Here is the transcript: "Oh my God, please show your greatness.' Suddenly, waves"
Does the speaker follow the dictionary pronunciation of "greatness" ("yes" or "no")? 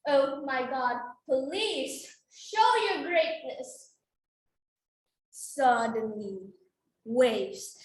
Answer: yes